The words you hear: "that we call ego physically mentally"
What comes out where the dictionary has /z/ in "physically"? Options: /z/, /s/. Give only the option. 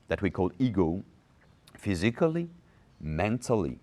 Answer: /z/